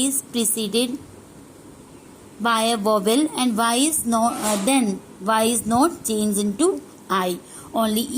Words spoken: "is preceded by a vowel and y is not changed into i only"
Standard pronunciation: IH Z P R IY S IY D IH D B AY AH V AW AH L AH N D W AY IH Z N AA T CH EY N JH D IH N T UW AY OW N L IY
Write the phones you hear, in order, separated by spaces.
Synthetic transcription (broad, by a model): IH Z P R IY S IY D IH D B AY AH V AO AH L AH N D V AY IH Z N AA T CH EY N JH IH N T UW AY OW N L IY